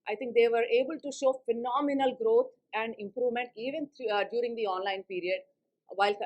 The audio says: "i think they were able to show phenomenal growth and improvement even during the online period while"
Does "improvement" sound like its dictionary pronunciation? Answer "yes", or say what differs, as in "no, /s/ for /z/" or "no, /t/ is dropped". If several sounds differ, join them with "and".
yes